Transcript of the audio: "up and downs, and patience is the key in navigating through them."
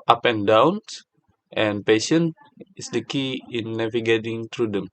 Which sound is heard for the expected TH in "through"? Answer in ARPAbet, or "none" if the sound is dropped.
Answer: T